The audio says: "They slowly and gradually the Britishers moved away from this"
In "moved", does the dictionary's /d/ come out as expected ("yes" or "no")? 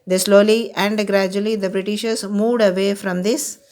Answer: yes